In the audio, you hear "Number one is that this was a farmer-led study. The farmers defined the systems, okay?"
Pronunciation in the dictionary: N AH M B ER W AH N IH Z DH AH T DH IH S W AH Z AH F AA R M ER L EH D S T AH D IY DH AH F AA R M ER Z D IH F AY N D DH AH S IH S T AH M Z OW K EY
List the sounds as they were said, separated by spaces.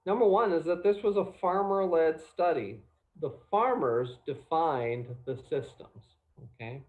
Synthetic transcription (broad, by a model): N AH M B ER W AH N IH Z DH AH T DH IH S W AH Z AH F AA R M ER L EH D S T AH D IY DH AH F AA R M ER Z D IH F AY N DH AH S IH S T AH M Z OW K EY